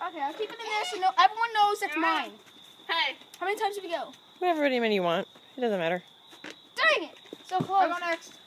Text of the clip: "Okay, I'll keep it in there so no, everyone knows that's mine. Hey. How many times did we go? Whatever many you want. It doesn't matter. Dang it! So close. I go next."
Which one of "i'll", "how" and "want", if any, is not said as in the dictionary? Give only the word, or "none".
none